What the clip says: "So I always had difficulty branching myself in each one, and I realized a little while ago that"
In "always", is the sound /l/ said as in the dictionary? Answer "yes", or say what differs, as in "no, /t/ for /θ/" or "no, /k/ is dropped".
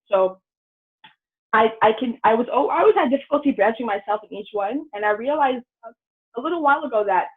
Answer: no, /n/ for /l/